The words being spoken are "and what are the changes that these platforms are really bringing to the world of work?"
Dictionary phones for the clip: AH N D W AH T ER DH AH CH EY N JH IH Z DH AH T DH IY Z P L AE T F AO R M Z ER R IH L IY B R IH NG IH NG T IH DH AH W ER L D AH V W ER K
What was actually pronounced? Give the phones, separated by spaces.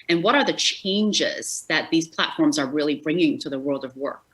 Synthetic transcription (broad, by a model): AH N W AH T ER DH AH CH EY N JH IH Z DH AH T DH IY Z P L AE T F AO R M Z ER R IH L IY B R IH NG IH NG T IH DH AH W ER L D AH V W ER K